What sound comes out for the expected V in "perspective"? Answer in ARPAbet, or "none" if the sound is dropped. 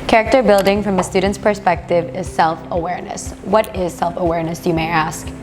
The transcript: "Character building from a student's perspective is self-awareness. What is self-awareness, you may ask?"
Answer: V